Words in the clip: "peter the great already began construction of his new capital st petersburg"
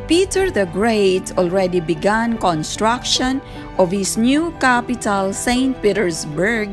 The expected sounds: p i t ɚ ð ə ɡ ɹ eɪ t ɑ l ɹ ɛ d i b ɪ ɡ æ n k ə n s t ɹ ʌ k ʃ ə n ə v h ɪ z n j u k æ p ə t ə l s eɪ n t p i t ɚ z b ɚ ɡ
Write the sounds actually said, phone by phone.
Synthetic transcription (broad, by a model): p i t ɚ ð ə ɡ ɹ eɪ t ɑ l ɹ ɛ d i b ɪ ɡ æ n k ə n s t ɹ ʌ k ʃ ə n ə v h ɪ s n j u k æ p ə t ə l s eɪ n t p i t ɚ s b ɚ ɡ